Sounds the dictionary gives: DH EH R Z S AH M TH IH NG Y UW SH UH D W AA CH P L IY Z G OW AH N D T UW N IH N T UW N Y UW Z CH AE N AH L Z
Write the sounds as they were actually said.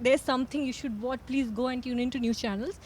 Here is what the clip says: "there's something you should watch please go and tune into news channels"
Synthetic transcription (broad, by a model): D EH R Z S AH M T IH NG Y UW SH UH D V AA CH P L IY Z G OW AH N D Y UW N IH N T UW N Y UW CH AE N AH L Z